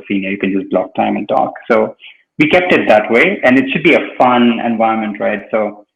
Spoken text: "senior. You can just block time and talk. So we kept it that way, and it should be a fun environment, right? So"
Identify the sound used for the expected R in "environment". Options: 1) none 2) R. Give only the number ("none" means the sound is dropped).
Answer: 1